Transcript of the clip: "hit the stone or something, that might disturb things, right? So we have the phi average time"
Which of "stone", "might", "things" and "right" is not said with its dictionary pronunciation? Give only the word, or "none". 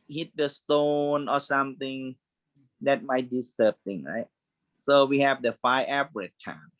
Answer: things